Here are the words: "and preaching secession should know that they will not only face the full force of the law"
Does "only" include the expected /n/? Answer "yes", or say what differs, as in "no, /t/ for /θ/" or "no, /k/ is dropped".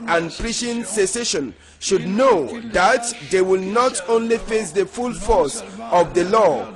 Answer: yes